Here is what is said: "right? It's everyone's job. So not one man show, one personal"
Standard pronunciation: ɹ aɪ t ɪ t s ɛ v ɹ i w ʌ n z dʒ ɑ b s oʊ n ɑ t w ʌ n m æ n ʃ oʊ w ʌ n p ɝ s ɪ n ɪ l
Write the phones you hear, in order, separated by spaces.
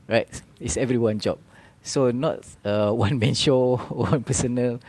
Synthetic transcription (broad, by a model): ɹ aɪ t ɪ t s ɛ v ɹ i w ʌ n dʒ ɑ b s oʊ n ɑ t w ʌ n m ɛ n ʃ oʊ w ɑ n p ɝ s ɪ n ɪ l